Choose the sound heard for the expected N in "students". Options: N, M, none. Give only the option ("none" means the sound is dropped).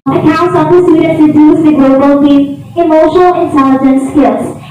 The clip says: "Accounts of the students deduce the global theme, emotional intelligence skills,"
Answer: none